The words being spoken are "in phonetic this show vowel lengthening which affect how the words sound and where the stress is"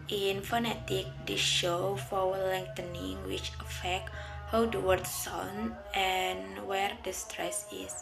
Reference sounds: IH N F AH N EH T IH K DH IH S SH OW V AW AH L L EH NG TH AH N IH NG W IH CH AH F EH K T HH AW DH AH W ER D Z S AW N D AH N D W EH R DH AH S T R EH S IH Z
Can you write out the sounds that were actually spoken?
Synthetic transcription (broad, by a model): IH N F AH N EH T IH K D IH SH OW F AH W L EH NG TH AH N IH NG W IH CH AH F EH K T HH AW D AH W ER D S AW N AH N W EH R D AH S T R EH S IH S